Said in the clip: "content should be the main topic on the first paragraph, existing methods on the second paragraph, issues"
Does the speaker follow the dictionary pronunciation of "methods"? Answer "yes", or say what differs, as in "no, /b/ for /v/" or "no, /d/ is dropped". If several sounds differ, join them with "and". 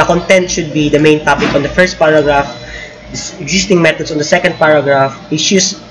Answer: no, /t/ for /θ/ and /s/ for /z/